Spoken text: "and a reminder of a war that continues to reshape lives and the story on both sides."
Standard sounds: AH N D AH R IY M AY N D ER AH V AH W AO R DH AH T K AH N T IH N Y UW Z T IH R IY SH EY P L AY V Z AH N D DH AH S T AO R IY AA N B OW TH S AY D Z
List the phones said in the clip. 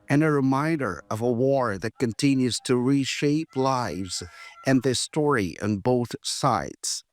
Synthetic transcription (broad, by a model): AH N AH R IY M AY N D ER AH V AH W AO R DH AH T K AH N T IH N Y UW Z T IH R IY SH EY P L AY V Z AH N DH AH S T AO R IY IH N B OW TH S AY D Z